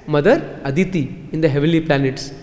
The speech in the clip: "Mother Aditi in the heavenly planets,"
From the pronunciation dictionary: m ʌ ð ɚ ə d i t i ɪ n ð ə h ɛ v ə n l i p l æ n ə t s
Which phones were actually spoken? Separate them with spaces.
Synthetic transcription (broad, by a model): m ʌ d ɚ ə d i t i ɪ n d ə h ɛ v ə l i p l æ n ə t s